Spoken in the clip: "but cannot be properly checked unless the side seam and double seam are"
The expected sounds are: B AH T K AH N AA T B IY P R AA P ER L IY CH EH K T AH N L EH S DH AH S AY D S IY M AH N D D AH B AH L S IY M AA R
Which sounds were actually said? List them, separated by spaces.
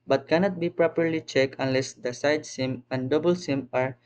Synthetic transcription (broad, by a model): B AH T K AH N AA T B IY P R AA P ER L IY CH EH K AH N L EH S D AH S AY D S IY M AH N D D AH B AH L S IY M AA R